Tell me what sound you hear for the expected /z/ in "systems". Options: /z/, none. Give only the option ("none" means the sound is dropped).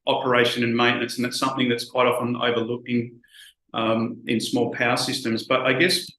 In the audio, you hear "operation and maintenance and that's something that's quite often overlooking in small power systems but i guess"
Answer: /z/